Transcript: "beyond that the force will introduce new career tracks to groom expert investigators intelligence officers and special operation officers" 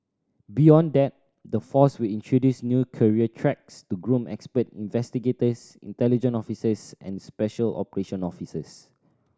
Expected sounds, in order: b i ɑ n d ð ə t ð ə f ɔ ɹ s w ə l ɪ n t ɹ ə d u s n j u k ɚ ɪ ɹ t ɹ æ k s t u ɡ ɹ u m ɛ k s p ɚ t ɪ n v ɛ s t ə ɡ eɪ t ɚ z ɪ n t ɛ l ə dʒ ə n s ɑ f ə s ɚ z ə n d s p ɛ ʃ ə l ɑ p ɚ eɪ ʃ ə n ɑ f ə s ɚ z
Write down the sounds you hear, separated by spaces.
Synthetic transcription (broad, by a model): b i ɑ n d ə t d ə f ɔ s w ə l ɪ n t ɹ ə d u s n j u k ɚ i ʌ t ɹ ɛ k s t u ɡ ɹ u m ɛ k s p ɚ t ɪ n v ɛ s t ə ɡ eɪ t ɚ s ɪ n t ɛ l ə dʒ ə n ɑ f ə s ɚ s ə n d s p ɛ ʃ ə l ɑ p ɚ eɪ ʃ ə n ɑ f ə s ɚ s